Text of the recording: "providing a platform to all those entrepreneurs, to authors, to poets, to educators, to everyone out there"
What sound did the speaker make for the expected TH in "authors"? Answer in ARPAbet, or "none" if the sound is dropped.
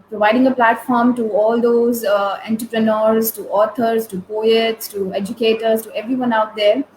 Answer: T